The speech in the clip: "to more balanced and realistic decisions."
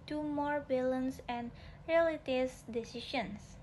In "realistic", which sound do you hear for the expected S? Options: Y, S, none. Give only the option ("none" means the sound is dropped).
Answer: none